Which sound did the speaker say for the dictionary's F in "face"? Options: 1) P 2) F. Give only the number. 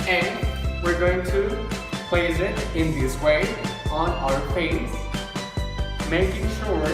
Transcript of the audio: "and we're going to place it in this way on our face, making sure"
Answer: 1